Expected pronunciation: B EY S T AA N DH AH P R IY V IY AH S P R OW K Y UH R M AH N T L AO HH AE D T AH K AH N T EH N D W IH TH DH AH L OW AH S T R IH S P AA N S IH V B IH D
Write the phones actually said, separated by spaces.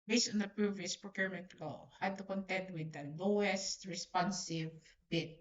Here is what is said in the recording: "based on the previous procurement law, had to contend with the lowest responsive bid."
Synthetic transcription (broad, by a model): B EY S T AA N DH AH P R IY V IY AH S P R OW K Y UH R M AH N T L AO HH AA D T AH K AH N T EH N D W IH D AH L OW AH S T R IH S P AA N S IH V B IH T